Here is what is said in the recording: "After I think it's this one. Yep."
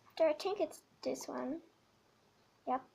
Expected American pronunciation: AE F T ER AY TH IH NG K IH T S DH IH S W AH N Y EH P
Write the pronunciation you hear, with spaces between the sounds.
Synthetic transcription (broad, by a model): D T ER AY T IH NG K IH T S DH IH S W AH N Y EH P